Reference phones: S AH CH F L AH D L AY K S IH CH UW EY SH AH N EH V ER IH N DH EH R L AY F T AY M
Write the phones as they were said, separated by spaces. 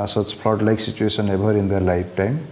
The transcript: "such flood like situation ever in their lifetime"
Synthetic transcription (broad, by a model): S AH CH P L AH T L AY K S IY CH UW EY S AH N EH B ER IH N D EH R L AY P T AY M